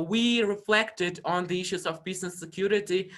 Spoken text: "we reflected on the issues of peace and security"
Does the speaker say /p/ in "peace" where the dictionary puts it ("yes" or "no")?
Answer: no